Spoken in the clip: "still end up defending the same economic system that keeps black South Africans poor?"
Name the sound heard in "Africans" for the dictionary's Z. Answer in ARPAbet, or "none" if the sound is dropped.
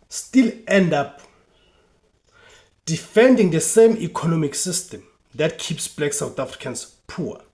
S